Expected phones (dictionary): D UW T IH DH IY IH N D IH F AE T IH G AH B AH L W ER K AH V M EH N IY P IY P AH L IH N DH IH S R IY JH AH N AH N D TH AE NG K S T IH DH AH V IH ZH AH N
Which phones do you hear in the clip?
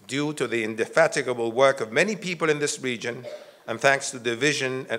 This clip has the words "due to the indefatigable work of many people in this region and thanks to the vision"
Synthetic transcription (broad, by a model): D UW T IH DH IY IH N D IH F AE T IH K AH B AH L W ER K AH V M EH N IY P IY P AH L IH N DH IH S R IY JH AH N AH N TH AE NG K S T IH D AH V IH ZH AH N